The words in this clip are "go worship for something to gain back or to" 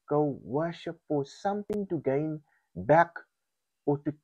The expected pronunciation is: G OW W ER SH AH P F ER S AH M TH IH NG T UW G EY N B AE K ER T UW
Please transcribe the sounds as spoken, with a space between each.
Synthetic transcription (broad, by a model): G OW W ER SH AH P F ER S AH M TH IH NG T UW G EY N B AE K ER T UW